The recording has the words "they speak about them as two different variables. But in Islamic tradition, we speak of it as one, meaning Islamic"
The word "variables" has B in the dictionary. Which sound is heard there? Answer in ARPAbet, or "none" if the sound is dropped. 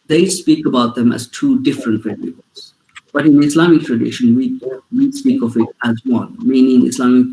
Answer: none